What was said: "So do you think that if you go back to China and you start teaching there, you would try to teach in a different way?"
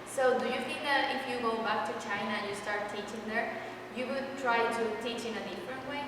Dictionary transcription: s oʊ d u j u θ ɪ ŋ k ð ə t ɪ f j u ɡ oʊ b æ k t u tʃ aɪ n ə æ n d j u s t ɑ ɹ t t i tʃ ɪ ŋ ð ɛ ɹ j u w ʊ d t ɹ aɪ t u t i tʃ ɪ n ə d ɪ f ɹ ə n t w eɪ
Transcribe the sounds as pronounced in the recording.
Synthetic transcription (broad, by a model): s oʊ d u j u f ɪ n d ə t ɪ f j u ɡ oʊ b æ k t u tʃ aɪ n ə j u s t ɑ ɹ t t i tʃ ɪ ŋ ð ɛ ɹ j u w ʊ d t ɹ aɪ t u t i tʃ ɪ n ə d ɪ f ɹ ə n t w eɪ